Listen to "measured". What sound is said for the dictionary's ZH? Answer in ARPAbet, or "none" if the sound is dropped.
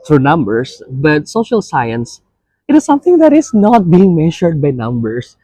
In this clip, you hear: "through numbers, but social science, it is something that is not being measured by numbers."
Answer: SH